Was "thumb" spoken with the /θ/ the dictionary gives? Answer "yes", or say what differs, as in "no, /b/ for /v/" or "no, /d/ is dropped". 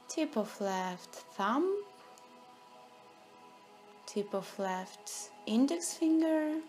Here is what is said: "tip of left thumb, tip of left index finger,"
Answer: yes